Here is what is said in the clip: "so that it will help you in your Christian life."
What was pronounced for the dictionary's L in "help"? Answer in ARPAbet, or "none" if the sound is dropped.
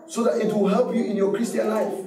L